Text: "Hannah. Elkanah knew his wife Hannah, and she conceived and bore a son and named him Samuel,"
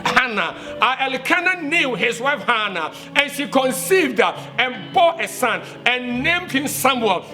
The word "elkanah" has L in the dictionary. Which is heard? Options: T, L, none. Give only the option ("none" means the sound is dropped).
L